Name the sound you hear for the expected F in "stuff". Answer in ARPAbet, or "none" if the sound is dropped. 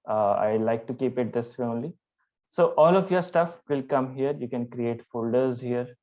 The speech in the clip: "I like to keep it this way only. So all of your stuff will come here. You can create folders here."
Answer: F